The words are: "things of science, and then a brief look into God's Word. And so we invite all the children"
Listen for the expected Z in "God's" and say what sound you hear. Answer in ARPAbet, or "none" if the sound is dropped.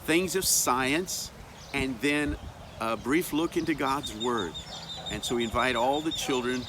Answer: Z